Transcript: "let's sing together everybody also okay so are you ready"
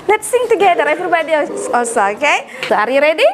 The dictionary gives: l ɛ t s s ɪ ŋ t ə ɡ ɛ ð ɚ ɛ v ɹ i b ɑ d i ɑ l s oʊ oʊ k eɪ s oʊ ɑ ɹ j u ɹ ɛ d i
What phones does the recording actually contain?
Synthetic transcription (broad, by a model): l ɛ t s s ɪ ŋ t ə ɡ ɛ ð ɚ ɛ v ɹ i b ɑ d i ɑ s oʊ oʊ k eɪ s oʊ ɑ ɹ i ɹ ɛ d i